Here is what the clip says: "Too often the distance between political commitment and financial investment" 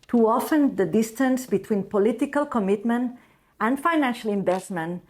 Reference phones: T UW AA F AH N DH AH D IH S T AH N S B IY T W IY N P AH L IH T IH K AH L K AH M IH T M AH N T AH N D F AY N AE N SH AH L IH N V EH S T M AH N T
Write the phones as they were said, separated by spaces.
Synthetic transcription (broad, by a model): T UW AA F AH N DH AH D IH S T AH N S B IY T W IY N P AH L IH T IH K AH L K AH M IH T M AH N T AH N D F AY N AE N SH AH L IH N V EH S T M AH N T